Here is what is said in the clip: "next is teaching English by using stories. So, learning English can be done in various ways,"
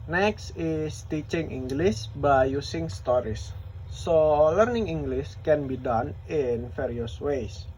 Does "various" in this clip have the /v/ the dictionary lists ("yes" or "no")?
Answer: no